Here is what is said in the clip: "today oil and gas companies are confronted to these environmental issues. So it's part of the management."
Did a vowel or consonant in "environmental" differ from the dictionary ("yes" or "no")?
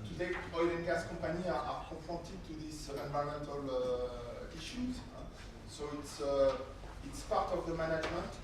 yes